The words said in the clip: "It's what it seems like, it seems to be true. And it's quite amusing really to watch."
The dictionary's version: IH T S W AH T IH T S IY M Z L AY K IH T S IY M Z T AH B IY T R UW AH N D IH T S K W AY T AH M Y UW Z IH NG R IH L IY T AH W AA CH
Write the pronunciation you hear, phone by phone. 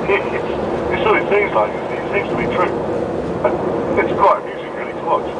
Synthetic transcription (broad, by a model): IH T S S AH IH T S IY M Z L AY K IH T S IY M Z T AH B IY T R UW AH IH T S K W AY AH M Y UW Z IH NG R IH L IY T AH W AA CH